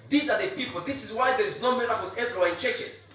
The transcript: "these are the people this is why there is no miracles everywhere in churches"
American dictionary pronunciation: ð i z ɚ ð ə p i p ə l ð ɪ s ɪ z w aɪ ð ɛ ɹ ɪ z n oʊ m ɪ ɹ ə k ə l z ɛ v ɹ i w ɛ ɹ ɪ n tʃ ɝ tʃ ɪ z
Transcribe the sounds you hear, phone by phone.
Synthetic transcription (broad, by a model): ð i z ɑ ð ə p i p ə l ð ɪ s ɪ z w aɪ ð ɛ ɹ ɪ z n oʊ m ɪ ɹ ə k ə z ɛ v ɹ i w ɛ ɪ n tʃ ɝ tʃ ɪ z